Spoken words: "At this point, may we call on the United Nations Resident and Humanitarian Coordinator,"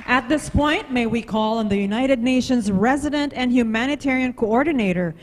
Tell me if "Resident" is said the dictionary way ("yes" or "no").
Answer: yes